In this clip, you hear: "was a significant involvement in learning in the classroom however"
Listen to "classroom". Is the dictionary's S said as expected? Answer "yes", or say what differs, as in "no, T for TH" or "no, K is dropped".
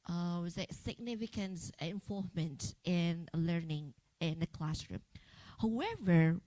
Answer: yes